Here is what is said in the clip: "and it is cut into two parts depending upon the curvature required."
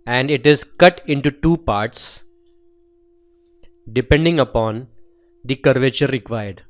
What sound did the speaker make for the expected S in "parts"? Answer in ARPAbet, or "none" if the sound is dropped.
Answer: S